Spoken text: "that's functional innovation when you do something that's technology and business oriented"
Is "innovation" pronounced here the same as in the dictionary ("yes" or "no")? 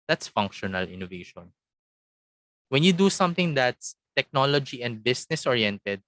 yes